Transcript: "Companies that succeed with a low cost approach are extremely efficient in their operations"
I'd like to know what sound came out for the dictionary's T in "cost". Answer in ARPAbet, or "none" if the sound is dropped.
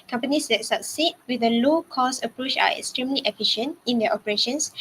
none